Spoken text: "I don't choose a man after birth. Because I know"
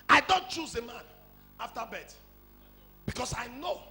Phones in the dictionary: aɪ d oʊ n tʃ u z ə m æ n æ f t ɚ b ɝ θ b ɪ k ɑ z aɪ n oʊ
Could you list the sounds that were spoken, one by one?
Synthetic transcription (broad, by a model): aɪ d oʊ n tʃ u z ə m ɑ n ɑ f t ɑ b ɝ t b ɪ k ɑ s aɪ n oʊ